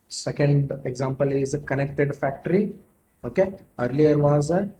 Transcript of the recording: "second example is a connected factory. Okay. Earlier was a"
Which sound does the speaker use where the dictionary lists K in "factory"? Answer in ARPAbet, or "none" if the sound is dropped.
K